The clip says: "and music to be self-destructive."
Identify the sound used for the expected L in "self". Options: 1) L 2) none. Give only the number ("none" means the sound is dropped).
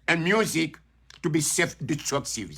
2